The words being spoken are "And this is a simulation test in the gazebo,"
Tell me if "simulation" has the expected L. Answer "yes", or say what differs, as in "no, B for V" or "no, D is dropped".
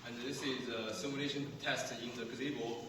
no, N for L